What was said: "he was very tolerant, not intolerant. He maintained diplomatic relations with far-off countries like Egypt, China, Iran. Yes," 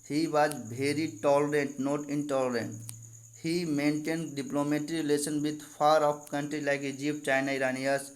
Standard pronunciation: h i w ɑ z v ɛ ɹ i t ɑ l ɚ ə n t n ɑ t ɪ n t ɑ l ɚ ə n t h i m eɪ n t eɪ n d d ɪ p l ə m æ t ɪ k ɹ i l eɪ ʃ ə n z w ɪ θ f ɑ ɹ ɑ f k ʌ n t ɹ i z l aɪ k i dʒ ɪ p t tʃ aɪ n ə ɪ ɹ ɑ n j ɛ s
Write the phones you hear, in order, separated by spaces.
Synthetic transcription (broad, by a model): h i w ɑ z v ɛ ɹ i t ɑ l ɚ ə n t n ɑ t ɪ n t ɑ l ɚ ə n t h i m eɪ n t eɪ n d d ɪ p l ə m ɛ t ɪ ɹ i l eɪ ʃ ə n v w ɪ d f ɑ ɹ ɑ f k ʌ n t ɹ i l aɪ k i dʒ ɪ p tʃ aɪ n ə ɪ ɹ ɑ n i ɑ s